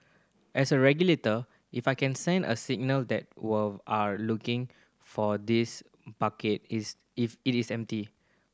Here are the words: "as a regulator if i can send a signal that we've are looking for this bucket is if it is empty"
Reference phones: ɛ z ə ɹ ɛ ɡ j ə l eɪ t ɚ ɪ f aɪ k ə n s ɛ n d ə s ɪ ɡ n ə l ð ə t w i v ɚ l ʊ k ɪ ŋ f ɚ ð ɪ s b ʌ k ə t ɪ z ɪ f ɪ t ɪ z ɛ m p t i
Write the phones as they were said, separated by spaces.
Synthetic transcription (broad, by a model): ɛ s ə ɹ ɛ ɡ j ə l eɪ t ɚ ɪ f aɪ k ə n s ɛ n d ə s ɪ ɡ n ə l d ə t w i ɑ l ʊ k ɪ ŋ f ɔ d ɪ s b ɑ k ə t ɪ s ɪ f ɪ t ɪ s ɛ m p t i